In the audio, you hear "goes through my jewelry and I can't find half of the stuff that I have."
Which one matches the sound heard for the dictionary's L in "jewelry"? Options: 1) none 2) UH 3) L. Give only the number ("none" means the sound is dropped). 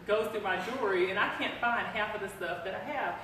1